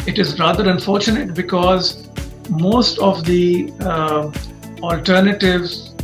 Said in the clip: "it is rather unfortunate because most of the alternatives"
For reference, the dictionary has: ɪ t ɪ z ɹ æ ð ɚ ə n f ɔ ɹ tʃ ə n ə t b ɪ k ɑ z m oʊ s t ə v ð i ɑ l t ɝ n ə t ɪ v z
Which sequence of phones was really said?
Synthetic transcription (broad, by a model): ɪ t ɪ z ɹ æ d ɚ ə n f ɔ ɹ tʃ ə n ə t b ɪ k ɑ z m oʊ s t ə v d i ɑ l t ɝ n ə t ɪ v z